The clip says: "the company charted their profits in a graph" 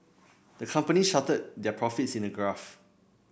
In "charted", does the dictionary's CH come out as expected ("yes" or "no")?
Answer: no